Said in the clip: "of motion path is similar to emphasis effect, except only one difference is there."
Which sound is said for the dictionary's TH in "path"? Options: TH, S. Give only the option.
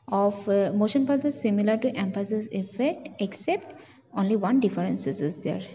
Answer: S